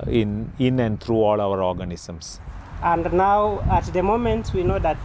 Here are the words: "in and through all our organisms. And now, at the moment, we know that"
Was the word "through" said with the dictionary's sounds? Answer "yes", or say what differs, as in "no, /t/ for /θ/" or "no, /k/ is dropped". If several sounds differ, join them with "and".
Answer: no, /t/ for /θ/